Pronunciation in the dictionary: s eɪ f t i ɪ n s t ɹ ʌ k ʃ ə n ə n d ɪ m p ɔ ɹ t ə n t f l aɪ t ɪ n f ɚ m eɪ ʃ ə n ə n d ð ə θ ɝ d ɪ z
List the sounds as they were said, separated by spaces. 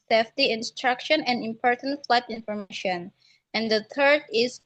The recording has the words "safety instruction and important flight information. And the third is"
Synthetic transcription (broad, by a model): s eɪ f t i ɪ n s t ɹ ʌ k ʃ ə n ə n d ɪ m p ɔ ɹ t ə n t f l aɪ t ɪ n f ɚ m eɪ ʃ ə n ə n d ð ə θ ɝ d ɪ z